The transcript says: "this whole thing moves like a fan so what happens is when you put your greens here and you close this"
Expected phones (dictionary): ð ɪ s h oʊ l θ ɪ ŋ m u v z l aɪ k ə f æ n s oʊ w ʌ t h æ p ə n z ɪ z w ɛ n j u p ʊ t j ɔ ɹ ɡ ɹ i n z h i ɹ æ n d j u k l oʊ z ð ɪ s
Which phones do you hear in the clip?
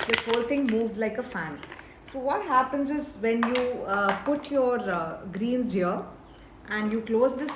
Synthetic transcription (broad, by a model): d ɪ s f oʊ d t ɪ ŋ m u v z l aɪ k ə f æ n s oʊ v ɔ t h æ p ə n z ɪ z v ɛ n j u p ʊ t j ɔ ɹ ɡ ɹ i n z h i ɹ æ n d j u k l oʊ z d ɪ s